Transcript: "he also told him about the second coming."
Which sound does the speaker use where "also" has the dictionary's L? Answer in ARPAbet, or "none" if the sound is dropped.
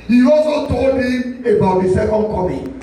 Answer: none